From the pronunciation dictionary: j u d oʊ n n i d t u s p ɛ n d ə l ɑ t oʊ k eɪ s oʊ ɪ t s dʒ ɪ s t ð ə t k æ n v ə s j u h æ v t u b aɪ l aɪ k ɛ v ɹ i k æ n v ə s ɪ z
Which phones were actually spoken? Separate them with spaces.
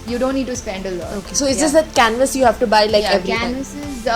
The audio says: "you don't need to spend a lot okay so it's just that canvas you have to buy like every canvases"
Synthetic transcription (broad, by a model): j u d oʊ n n i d t u s p ɛ n d ə l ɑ oʊ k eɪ s oʊ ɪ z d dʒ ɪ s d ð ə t k æ n v ə s j u h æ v t u b aɪ l aɪ k ɛ v ɹ i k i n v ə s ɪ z